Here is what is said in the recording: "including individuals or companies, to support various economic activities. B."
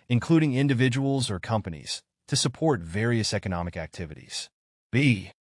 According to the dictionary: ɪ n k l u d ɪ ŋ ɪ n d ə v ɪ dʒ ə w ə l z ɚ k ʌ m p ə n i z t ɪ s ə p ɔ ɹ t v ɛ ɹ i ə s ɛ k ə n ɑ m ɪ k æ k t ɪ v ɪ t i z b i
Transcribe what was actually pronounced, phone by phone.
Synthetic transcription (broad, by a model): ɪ n k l u d ɪ ŋ ɪ n d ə v ɪ dʒ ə w l z ɚ k ʌ m p ə n i z t ɪ s ə p ɔ ɹ t v ɛ ɹ i ə s ɛ k ə n ɑ m ɪ k æ k t ɪ v ɪ t i z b i